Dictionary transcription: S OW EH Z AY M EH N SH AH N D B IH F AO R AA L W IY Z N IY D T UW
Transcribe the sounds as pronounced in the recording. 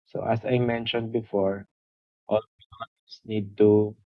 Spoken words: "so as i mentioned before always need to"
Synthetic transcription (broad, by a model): S OW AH S AY M EH N SH AH N D B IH F AO R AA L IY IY S N IY D T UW